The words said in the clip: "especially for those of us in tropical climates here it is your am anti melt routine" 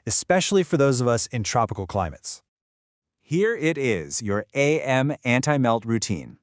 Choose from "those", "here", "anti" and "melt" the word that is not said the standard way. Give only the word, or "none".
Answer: none